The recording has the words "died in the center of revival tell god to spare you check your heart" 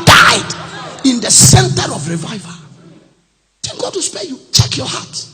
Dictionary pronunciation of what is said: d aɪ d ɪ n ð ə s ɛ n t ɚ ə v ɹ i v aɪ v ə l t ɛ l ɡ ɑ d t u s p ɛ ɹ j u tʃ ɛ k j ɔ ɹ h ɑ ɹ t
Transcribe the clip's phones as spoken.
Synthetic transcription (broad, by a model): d aɪ d ɪ n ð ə s ɛ n t ɚ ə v ɹ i v aɪ v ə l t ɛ n ɡ ɑ d t u s p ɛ j u tʃ ɛ k j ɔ h ɑ t